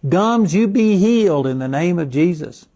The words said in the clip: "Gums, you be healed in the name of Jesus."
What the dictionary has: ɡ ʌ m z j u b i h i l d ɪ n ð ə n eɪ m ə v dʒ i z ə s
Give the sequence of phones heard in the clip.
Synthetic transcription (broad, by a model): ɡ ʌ m z j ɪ b i h i l d ɪ n ð ə n eɪ m ə v dʒ i z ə s